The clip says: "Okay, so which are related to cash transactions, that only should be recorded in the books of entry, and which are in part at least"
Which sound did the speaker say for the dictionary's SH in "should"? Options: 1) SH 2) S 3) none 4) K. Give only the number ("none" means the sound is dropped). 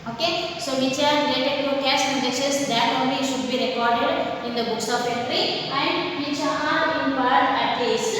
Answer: 1